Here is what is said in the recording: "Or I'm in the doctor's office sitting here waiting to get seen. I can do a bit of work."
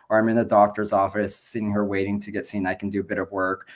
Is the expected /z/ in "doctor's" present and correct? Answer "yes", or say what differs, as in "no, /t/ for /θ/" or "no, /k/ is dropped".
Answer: yes